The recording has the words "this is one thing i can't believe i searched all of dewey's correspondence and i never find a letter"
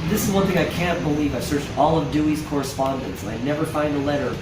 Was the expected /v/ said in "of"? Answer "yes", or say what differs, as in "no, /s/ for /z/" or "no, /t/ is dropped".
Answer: yes